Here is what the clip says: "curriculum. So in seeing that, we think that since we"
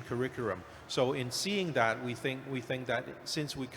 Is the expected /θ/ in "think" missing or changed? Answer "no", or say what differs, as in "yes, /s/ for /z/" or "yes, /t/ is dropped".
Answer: no